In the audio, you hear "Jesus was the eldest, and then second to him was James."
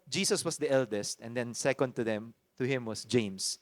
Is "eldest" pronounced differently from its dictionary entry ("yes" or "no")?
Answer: no